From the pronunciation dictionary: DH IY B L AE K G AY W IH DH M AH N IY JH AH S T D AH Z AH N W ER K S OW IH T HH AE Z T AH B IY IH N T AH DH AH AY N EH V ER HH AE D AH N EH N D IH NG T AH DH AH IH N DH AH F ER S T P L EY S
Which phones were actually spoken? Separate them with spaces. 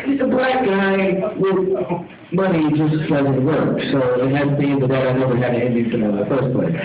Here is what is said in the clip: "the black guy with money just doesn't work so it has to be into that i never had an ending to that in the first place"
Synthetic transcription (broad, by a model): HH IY B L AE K G AY W IH DH M AH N IY JH AH S T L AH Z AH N W ER K S OW IH T HH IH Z B IY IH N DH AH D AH AY N EH V ER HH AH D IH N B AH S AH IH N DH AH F ER S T P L EY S